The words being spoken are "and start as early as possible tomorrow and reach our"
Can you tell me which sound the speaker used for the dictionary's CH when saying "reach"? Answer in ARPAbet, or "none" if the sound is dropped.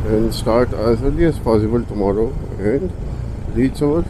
S